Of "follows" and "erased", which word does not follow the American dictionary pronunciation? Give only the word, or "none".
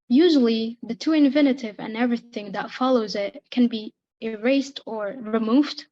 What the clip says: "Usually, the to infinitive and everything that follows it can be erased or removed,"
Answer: none